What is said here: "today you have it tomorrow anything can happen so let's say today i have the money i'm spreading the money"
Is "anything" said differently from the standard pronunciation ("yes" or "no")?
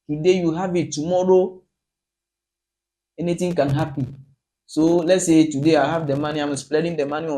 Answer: yes